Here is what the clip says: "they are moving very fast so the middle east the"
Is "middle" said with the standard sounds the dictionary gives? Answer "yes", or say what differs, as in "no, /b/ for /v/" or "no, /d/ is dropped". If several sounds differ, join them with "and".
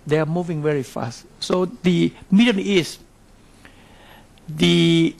no, /n/ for /l/